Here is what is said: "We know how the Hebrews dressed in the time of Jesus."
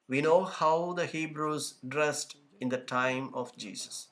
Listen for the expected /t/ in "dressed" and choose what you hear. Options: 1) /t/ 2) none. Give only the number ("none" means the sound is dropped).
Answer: 1